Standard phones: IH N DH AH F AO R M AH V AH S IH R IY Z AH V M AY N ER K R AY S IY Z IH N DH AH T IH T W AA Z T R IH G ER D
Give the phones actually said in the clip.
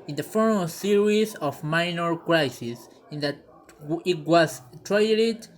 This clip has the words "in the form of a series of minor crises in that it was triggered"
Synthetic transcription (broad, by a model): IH N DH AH F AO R AH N S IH R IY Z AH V M AY N ER K R AY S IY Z IH N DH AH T IH T W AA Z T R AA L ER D